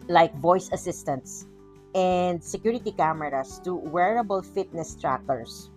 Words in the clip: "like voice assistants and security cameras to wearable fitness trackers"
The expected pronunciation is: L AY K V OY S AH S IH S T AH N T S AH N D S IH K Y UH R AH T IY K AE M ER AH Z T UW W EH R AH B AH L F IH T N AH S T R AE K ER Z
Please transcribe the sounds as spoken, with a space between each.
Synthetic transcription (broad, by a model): L AY K V OY S AH S IH S T AH N T S AH N D S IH K Y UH R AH T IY K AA M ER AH S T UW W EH R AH B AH L F IH T N AH S T R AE K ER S